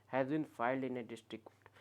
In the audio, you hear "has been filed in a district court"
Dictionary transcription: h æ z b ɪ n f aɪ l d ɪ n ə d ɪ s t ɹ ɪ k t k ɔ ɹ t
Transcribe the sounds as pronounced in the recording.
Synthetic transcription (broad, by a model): h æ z b ɪ n f aɪ l d ɪ n ə d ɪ s t ɹ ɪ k k t